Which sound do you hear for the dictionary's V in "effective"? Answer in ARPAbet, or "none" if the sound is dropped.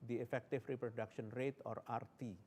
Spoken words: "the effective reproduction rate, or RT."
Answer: F